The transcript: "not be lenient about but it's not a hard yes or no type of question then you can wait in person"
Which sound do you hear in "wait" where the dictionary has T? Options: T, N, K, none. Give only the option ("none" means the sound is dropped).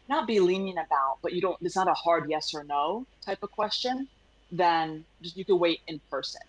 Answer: T